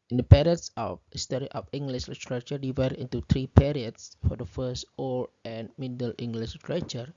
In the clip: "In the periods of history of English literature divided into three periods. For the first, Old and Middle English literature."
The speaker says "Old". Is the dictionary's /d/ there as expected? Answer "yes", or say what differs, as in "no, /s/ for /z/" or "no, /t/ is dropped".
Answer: no, /d/ is dropped